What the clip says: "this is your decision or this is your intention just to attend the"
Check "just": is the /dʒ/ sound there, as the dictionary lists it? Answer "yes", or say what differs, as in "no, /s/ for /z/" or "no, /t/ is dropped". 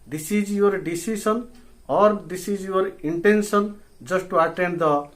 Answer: no, /z/ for /dʒ/